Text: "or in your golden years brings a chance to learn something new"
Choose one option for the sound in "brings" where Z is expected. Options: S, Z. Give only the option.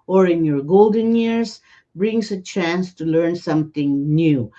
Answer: S